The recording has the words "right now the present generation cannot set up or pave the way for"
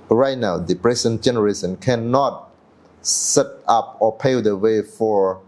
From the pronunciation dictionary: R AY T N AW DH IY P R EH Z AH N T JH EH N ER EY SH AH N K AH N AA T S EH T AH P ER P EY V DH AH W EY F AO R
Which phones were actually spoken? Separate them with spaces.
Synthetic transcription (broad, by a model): R AY T N AW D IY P R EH S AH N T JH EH N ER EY S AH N K AH N AA T S EH T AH P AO P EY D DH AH W EY F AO R